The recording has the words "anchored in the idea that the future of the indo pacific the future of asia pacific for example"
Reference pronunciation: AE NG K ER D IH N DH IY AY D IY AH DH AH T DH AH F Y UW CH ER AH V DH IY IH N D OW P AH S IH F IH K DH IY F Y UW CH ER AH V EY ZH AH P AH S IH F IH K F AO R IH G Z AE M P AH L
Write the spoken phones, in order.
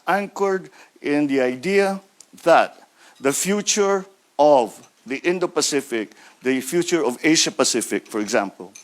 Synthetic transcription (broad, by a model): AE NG K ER D IH N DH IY AY D IY AH DH AH T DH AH F Y UW CH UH AH V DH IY IH N D OW P AH S IH F IH K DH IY F Y UW CH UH AH V EY SH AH P AH S IH F IH K F AO R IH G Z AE M P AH L